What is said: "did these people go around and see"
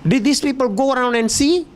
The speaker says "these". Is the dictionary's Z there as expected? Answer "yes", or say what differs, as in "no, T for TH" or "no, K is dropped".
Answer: no, S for Z